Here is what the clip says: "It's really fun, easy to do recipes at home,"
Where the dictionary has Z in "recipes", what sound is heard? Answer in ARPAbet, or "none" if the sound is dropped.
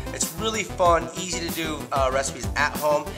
Z